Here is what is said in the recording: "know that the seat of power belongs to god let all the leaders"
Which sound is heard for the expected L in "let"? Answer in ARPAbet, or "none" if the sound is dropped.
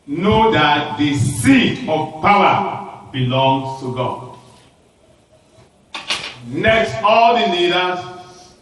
N